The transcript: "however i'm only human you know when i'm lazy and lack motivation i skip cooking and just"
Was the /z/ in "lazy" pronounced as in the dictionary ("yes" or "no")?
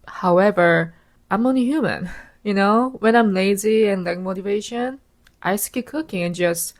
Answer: yes